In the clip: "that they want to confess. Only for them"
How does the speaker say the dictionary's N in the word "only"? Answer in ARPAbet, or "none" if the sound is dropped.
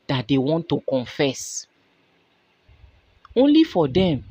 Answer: N